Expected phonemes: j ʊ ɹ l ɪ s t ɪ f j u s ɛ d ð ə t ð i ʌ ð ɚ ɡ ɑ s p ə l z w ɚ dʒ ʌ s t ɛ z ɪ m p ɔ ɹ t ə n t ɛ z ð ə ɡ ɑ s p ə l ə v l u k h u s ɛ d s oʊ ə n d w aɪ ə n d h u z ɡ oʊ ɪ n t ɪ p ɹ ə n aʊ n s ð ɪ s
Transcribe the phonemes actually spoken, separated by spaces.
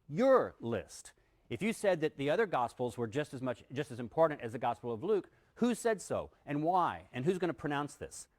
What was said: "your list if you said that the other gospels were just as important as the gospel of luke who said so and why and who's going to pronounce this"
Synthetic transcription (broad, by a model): j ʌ ɹ l ɪ s t ɪ f j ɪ s ɛ d ð ə t ð i ʌ ð ɚ ɡ ɑ s p l z w ɚ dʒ ʌ s t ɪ z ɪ m p ɔ ɹ t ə n t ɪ z ð ə ɡ ɑ s p l ə v l u k h u s ɛ d s oʊ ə n w aɪ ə n h u z ɡ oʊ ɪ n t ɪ p ɹ ə n aʊ n s ð ɪ s